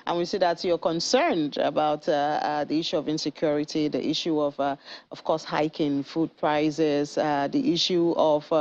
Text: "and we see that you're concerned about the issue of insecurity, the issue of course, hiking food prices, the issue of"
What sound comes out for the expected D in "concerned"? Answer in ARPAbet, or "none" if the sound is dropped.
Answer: D